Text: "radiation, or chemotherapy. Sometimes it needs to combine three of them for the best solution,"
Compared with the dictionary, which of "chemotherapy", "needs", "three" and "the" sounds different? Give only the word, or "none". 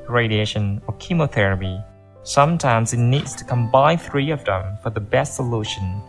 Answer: none